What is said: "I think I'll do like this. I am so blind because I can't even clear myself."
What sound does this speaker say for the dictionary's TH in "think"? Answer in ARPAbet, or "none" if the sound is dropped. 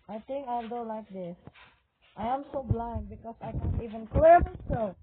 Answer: T